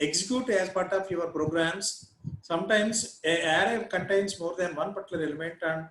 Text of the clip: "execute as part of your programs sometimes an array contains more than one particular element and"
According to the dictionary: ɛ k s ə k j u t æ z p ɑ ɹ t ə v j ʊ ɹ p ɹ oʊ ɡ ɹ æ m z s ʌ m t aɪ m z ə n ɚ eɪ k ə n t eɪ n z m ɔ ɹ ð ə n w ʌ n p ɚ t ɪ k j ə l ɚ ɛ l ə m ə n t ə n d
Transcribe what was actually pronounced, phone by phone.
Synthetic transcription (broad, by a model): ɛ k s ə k j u t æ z p ɑ ɹ t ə p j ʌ ɹ p ɹ oʊ ɡ ɹ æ m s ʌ m t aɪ m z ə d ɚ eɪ k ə n t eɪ n s m ɔ ɹ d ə n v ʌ n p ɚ t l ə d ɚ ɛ l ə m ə n t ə n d